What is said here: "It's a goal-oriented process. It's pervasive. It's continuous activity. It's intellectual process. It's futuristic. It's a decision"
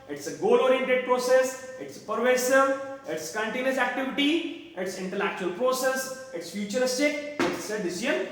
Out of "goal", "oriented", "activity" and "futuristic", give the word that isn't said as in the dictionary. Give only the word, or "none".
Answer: none